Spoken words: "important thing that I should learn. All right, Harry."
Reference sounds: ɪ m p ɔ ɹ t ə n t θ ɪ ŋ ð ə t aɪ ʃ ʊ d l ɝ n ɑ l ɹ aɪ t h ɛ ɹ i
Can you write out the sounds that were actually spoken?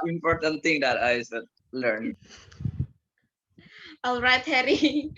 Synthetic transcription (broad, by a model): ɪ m p ɔ ɹ t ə n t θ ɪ ŋ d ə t aɪ s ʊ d l ɝ n ɑ l ɹ aɪ t h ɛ ɹ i